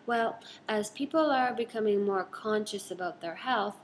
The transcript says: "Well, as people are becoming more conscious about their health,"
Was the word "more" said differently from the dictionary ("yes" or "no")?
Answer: no